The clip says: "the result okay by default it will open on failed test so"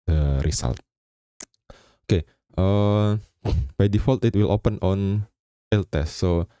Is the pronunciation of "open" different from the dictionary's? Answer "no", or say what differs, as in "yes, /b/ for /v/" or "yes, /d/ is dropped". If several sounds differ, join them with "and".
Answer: no